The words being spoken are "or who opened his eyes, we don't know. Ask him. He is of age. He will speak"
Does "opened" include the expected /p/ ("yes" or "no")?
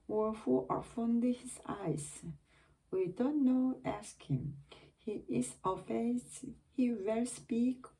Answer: no